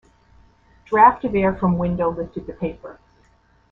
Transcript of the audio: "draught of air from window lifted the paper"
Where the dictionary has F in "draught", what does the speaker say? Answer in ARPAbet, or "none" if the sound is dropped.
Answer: F